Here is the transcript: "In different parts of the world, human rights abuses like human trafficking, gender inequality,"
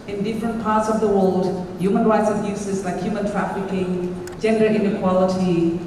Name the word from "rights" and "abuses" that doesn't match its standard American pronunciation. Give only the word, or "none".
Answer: none